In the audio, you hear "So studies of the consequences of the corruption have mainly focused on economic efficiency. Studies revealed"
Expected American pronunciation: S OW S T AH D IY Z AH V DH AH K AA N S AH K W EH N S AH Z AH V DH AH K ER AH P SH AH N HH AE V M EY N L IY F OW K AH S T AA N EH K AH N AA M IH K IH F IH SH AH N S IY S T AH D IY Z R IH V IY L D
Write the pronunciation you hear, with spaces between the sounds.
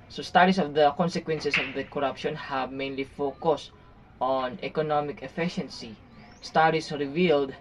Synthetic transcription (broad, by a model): S OW S T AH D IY S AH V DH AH K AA N S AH K W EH N S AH S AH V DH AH K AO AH P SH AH N HH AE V M EY N L IY F OW K AH S T AA N EH K AH N AA M IH K IH F IH SH AH N S IY S T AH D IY S R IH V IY L D